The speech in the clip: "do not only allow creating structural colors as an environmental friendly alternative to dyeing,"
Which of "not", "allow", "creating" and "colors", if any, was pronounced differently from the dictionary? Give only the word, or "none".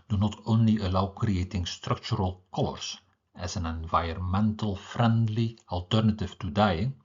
colors